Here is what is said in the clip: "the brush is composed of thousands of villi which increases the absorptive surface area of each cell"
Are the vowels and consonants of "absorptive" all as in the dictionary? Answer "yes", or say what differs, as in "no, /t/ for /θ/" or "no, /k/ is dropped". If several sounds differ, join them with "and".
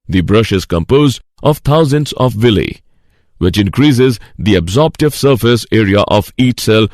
yes